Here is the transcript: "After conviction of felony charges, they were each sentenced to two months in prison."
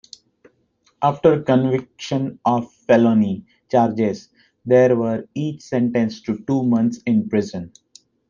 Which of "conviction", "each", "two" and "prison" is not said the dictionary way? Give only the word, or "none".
none